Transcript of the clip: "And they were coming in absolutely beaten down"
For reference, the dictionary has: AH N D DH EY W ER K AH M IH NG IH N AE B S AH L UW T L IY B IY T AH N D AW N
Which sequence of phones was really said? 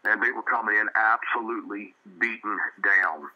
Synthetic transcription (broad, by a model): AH N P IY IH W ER K AH M IH NG IH N AE B S AH L UW T L IY B IY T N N D AW N